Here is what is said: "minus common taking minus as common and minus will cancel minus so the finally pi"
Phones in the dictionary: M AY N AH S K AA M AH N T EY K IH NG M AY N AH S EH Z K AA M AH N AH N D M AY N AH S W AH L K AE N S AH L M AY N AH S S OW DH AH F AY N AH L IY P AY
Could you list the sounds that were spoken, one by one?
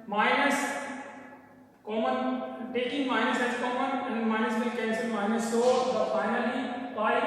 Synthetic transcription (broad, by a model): M AY N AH S K AA M AH N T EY K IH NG M AY N AH S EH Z K AA M AH N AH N M AY N AH S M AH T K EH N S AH N M AY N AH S S OW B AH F AY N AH L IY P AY